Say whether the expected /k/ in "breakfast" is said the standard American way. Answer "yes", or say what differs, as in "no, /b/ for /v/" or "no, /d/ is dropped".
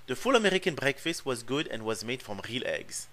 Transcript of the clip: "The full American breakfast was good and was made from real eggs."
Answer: yes